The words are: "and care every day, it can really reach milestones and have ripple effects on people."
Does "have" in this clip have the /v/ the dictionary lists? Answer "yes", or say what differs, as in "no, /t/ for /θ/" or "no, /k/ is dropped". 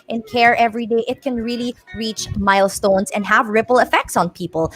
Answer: yes